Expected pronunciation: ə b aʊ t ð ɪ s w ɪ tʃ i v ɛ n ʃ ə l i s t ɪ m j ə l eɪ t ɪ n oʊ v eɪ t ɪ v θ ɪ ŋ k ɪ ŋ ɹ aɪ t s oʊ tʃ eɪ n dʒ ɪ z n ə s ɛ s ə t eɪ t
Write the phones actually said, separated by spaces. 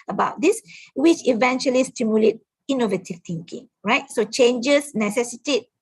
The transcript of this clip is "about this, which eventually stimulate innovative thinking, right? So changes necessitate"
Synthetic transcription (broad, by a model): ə b aʊ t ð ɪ s w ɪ tʃ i v ɛ n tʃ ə l i s t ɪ m j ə l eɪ t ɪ n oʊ v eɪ t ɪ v t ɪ ŋ k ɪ ŋ ɹ aɪ t s oʊ tʃ eɪ n dʒ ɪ s n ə s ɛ s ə t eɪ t